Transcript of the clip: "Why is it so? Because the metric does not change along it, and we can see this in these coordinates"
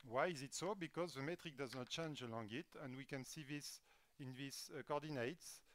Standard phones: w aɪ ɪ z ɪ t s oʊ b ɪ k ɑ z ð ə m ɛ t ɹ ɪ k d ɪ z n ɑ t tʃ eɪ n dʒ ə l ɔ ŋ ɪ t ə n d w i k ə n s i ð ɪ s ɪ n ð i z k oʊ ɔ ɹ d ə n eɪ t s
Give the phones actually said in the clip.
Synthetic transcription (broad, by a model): w aɪ ɪ z ɪ t s oʊ b ɪ k ɑ z ð ə m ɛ t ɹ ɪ k d ɪ z n ɑ t tʃ eɪ n dʒ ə l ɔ ŋ ɪ t ə n d w i k ə n s i ð ɪ s ɪ n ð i s k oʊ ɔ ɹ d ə n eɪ t s